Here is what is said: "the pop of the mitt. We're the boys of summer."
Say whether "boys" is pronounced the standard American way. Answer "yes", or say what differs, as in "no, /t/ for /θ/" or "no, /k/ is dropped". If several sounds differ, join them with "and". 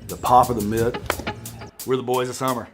yes